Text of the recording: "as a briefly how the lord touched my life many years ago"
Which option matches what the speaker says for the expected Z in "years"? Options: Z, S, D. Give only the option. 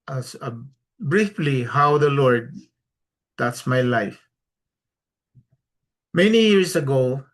S